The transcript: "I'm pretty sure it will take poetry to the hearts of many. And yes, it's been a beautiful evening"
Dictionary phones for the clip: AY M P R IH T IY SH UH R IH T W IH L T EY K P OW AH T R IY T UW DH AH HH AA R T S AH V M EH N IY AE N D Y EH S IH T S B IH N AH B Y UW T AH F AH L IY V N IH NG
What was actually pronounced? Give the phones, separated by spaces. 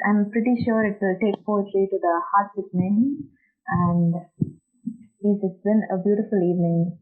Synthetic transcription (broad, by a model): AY M P R IH T IY SH UH R IH T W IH L T EY K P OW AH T L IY T UW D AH HH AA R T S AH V N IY AE N D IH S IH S B IH N AH B Y UW T AH F AH L IY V N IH NG